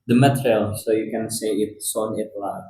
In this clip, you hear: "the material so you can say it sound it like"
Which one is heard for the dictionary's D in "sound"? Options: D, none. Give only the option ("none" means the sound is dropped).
none